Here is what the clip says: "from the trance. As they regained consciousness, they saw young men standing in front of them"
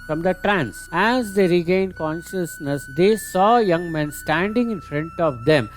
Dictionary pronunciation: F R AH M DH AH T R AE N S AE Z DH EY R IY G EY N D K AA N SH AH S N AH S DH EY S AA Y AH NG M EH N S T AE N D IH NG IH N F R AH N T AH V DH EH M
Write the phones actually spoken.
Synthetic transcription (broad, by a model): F R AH M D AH T R AE N S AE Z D EY R IY G EY N D K AA N SH AH S N AH S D EY S AA Y AH NG M EH N S T AE N D IH NG IH N F R AH N T AH V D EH M